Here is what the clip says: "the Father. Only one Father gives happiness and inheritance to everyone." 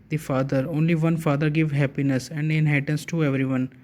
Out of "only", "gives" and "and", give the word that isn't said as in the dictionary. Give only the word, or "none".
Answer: gives